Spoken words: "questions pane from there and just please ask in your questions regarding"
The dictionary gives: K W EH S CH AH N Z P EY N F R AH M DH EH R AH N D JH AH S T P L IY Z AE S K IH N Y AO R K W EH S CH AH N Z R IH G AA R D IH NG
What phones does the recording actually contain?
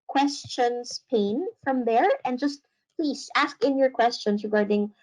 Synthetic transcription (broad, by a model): K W EH S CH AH N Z P EY N F R AH M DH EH R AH N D JH AH S T P L IY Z AE S K IH N Y AO R K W EH S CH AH N S R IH G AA R D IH NG